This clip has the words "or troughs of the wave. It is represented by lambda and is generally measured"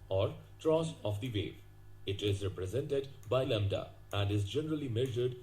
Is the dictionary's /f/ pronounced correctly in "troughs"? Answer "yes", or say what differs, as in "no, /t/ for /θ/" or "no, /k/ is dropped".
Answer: no, /f/ is dropped